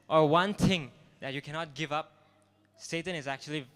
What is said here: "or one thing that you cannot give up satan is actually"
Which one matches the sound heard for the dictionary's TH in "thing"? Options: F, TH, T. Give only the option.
T